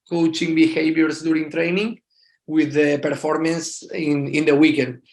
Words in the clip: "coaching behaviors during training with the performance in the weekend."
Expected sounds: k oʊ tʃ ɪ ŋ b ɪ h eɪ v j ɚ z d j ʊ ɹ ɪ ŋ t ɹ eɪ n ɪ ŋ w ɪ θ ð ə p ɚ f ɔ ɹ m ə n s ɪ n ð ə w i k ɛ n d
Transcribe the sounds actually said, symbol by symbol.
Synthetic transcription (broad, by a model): k oʊ tʃ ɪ ŋ b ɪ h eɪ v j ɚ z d j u ɹ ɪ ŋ t ɹ eɪ n ɪ ŋ w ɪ ð ə p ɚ f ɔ ɹ m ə n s ɪ n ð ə w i k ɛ n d